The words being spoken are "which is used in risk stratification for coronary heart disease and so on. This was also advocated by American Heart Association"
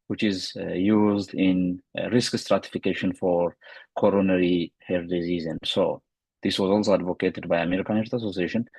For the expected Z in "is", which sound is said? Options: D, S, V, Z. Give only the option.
Z